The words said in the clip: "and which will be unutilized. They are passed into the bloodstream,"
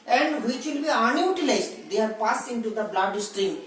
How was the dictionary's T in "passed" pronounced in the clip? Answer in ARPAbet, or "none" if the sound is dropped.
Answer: none